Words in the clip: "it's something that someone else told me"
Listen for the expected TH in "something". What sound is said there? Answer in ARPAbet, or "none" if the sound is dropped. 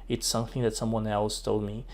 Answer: TH